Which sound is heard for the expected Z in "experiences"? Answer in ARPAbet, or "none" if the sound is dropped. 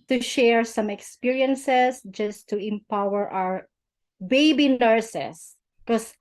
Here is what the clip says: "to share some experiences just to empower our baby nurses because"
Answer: S